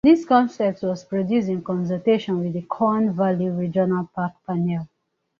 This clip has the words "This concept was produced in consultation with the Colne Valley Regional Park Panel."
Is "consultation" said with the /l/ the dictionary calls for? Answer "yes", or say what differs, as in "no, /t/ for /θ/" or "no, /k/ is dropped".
no, /l/ is dropped